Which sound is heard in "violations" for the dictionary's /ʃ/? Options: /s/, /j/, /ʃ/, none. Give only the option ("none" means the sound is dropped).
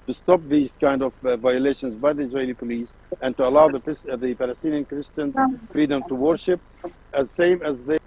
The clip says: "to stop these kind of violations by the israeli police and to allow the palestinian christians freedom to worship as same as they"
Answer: /ʃ/